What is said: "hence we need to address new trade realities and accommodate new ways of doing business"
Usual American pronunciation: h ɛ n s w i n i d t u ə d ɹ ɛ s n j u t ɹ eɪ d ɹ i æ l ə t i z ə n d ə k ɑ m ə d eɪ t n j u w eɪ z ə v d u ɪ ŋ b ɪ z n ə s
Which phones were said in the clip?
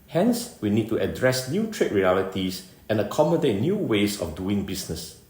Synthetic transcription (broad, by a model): h ɛ n s w i n i d t u ə d ɹ ɛ s n j u t ɹ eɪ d ɹ i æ l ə t i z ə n ə k ɑ m ə d eɪ t n j u w eɪ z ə f d u ɪ ŋ b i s n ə s